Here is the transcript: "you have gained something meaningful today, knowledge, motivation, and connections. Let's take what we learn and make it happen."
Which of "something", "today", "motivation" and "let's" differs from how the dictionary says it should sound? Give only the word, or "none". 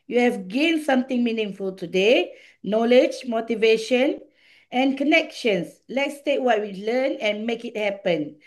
something